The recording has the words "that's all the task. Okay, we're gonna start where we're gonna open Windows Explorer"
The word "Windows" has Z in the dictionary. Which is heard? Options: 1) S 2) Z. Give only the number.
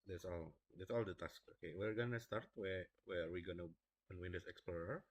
1